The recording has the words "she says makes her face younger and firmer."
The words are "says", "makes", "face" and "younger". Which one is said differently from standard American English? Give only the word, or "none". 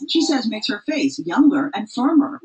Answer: none